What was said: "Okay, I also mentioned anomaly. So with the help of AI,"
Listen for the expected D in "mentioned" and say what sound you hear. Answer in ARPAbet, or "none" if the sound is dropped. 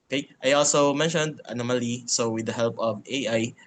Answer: D